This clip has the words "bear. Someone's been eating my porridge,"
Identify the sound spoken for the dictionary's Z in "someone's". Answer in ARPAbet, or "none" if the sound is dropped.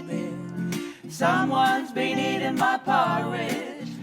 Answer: Z